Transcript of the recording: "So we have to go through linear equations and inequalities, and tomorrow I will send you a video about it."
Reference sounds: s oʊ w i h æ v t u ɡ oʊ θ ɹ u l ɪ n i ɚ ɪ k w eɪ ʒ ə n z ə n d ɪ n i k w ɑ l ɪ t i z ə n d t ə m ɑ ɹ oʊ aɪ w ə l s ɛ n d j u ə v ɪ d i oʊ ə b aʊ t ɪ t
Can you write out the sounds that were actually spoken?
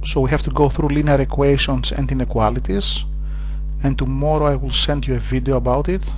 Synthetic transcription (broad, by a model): s oʊ w i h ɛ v t u ɡ oʊ θ ɹ u l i n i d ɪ k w eɪ ʃ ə n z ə n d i n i k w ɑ l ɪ t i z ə n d t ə m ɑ ɹ oʊ aɪ w ə l s ɛ n d j u ə v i d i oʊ ə b aʊ t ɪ t